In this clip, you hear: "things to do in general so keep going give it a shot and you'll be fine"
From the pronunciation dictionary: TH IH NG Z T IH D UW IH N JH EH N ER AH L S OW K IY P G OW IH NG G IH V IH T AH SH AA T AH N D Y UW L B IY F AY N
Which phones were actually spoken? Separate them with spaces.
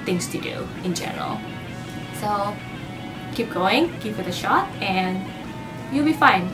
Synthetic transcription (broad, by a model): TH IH NG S T IH D UW IH N JH EH N ER AH L S OW K IY P G OW IH NG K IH F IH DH AH SH AA T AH N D Y UW L B IY F AY N